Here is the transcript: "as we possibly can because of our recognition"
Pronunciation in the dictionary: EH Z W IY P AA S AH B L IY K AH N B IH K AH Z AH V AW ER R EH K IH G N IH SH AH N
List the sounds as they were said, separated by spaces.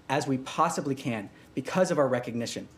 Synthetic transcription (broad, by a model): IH Z W IY P AA S AH B L IY K AH N B IH K AH Z AH V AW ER R EH K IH G N IH SH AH N